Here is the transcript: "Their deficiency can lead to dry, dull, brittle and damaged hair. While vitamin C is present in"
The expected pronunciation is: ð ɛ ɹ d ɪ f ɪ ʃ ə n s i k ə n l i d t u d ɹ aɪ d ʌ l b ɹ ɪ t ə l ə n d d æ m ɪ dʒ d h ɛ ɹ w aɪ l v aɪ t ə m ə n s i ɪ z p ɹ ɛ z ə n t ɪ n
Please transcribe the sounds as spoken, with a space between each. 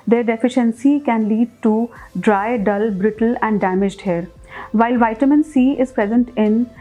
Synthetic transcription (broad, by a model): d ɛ ɹ d ɪ f ɪ ʃ ə n s i k ə n l i d t u d ɹ aɪ d ʌ l b ɹ ɪ t ə l ə n d d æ m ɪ dʒ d h ɛ ɹ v aɪ l v aɪ t ə m ə n s i ɪ z p ɹ ɛ z ə n t ɪ n